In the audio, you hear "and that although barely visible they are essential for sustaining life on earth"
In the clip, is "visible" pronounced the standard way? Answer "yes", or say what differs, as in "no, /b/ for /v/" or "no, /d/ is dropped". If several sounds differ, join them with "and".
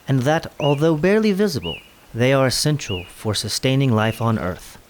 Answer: yes